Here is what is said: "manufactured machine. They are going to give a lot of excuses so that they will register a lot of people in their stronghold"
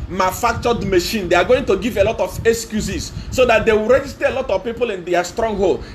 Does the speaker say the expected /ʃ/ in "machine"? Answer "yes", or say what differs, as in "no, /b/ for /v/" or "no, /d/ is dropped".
yes